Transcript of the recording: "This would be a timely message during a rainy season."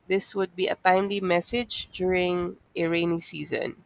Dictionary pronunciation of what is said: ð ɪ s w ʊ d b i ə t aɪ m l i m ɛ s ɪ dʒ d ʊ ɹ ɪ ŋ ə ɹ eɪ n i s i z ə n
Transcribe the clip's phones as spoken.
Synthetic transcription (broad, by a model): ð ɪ s w ʊ d b i ə t aɪ m l i m ɛ s ɪ dʒ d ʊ ɹ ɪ ŋ ə ɹ eɪ n i s i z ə n